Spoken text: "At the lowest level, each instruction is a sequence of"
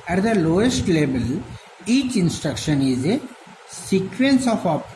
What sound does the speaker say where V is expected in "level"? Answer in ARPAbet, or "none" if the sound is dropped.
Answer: B